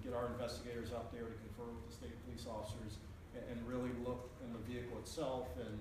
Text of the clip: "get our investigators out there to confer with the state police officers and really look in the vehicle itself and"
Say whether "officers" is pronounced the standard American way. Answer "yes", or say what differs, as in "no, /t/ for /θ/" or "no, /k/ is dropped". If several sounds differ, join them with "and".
yes